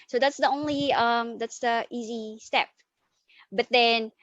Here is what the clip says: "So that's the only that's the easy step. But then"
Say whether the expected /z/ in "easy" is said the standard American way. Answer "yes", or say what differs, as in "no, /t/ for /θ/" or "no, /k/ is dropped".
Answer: yes